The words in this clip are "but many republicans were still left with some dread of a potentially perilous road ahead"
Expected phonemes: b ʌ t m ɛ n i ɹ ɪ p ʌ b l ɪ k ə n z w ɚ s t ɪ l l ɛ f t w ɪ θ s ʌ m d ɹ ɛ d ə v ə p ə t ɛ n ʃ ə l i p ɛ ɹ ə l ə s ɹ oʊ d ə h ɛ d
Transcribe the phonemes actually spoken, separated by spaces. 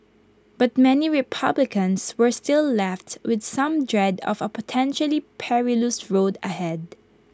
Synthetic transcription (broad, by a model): b ʌ t m ɛ n i ɹ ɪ p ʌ b l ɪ k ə n s w ɚ s t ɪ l l ɛ f t w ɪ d s ʌ m d ɹ ɛ d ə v ə p ə t ɛ n ʃ ə l i p ɛ ɹ ə l ə s ɹ oʊ d ə h ɛ d